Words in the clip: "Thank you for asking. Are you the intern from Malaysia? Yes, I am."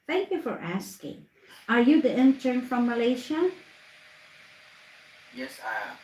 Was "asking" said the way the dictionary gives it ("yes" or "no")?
yes